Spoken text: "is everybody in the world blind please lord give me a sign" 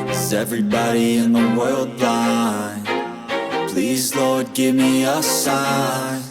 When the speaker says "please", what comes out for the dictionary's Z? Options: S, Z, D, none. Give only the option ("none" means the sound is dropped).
Z